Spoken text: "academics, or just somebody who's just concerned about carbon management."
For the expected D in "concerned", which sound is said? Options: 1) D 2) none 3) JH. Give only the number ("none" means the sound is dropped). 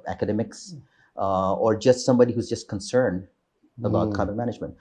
1